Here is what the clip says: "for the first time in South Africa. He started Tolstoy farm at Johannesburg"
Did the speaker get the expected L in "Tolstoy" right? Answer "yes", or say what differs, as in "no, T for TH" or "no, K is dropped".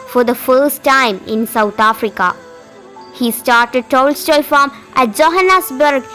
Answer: yes